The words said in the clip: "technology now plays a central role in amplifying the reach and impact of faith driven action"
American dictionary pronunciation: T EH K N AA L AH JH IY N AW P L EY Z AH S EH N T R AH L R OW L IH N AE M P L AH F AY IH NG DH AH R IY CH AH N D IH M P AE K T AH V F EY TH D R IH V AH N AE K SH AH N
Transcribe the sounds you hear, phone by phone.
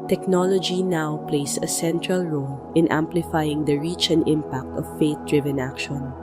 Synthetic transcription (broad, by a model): T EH K N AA L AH JH IY N AW P L EY S AH S EH N T R AH L R OW L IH N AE M P L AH F AY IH NG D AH R IY CH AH N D IH M P AE K T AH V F EY T D R IH V AH N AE K SH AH N